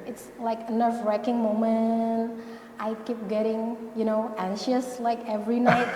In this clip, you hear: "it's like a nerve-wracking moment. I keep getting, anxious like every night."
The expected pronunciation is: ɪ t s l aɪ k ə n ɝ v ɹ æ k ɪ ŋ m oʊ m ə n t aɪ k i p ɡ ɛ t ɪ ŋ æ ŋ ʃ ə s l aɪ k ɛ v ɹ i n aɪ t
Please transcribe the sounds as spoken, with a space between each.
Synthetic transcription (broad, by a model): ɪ t s l aɪ k ə n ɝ f ɹ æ k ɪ ŋ m oʊ m ə n t aɪ k i p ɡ ɛ t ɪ ŋ æ ŋ ʃ ə s l aɪ k ɛ v ɹ i n aɪ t